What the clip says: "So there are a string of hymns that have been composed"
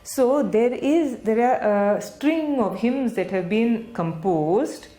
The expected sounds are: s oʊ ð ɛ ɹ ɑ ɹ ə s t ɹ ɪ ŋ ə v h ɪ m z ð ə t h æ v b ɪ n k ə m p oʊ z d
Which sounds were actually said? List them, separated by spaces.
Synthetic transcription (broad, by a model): s oʊ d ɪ ɹ ɑ ɹ ə s t ɹ ɪ ŋ ə v h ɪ m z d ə t h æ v b ɪ n k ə m p oʊ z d